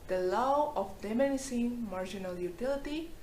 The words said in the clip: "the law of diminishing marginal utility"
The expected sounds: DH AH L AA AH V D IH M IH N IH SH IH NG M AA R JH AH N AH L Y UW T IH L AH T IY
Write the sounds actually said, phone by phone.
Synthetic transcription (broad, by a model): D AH L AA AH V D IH M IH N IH S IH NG M AA R JH AH N AH L Y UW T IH L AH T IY